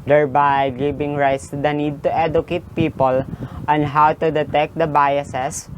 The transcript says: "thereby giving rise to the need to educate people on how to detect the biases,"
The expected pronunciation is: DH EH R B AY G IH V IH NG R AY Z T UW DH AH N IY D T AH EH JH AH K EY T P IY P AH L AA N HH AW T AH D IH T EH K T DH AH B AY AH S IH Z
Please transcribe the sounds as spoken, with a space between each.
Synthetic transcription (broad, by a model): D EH R B AY G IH B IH NG R AY S T UW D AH N IY D T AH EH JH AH K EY T P IY P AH L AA N HH AW T AH D IH T EH K T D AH B AY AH S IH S